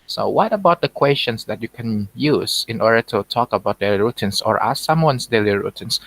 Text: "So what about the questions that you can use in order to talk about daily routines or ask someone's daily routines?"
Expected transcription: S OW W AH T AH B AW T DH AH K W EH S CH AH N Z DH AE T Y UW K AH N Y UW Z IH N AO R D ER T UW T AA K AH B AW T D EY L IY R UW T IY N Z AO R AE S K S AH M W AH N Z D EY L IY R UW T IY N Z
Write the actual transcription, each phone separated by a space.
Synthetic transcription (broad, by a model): S OW W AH T AH B AW T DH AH K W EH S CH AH N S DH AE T Y UW K AH N Y UW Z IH N AO R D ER T UW T AA K AH B AW T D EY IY R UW T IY N S AO R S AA S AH M W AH N S D EY L IY R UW T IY N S